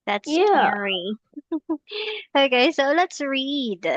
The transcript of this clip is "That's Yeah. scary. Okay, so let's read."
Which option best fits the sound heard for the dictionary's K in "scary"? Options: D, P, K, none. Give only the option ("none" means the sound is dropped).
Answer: none